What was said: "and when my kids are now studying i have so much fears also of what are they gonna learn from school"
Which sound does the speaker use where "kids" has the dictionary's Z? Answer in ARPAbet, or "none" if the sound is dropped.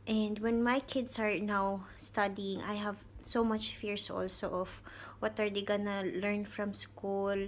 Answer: S